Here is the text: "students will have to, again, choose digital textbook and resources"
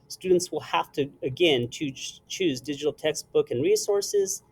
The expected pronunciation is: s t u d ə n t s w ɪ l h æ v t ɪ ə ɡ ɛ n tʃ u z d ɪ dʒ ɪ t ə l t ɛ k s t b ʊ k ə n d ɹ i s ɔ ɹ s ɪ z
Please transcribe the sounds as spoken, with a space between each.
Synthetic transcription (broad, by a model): s t u d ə n t s w ɪ l h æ f t ɪ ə ɡ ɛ n tʃ u z d ɪ dʒ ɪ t l t ɛ k s t b ʊ k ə n ɹ i s ɔ ɹ s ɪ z